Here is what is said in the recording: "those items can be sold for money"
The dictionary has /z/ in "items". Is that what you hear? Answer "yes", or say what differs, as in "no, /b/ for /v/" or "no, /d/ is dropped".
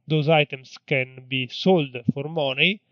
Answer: no, /s/ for /z/